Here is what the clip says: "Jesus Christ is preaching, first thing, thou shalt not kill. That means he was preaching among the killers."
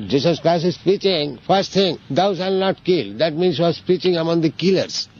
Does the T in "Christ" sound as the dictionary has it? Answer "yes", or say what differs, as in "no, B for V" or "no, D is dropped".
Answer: no, T is dropped